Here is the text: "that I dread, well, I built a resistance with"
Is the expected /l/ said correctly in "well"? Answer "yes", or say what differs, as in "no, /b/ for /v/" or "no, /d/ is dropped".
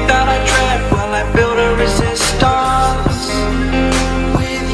no, /n/ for /l/